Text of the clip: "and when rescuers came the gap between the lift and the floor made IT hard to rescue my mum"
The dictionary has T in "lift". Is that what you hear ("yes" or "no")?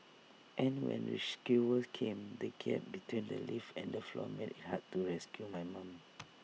no